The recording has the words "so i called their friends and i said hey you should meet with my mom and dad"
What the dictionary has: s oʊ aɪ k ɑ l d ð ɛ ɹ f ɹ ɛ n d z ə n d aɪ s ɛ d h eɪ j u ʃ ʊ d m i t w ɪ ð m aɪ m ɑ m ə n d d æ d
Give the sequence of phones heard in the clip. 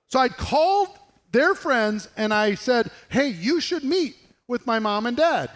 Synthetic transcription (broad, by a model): s oʊ aɪ k ɑ l d ð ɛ ɹ f ɹ ɛ n d z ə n aɪ s ɛ d h eɪ j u ʃ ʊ d m i t w ɪ ð m aɪ m ɑ m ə n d d æ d